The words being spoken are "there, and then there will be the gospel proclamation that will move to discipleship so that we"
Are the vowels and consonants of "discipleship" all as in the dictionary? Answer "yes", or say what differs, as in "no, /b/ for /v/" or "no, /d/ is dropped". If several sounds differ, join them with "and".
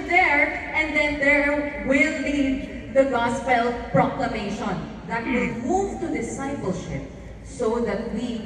yes